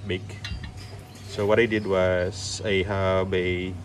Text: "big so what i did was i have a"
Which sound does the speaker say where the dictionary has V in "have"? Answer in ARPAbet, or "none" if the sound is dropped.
B